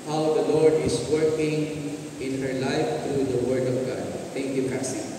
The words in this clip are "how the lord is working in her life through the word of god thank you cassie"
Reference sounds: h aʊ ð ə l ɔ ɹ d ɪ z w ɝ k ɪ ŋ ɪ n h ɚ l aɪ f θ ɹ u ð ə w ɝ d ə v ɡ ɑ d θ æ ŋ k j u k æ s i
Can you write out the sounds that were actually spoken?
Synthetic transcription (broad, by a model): h aʊ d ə l ɔ ɹ d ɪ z w ɝ k ɪ ŋ ɪ n h ɚ l aɪ f t ɹ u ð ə w ɝ d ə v ɡ ɑ d t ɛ ŋ k j u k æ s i